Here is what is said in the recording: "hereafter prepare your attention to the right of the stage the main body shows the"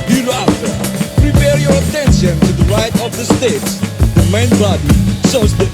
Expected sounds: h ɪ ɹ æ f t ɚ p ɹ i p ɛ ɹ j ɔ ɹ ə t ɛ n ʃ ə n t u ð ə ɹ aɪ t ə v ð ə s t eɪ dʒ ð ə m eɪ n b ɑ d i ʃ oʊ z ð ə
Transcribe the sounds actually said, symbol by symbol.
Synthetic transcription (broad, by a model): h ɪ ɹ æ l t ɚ p ɹ i p ɛ ɹ j ɔ ɹ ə t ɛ n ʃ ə n t u ð ə ɹ aɪ t ə v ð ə s t eɪ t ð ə m eɪ n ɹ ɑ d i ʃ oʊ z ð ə